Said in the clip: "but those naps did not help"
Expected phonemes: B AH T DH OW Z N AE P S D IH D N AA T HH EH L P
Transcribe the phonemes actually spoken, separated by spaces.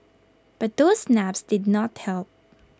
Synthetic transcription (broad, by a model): B AH T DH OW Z N AE P S D IH D N AA T HH EH L P